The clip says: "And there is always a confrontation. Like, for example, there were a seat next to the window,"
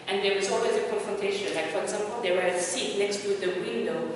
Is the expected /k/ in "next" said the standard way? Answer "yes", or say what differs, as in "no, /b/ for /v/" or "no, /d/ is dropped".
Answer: yes